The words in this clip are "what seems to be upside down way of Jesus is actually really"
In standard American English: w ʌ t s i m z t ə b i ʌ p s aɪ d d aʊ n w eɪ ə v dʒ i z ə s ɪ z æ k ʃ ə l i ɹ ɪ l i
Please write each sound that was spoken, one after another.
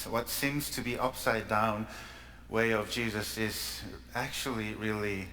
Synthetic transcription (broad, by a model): w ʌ t s i m z t ə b i ʌ p s aɪ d d aʊ n w eɪ ə v dʒ i z ə s ɪ z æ k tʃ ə l i ɹ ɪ l i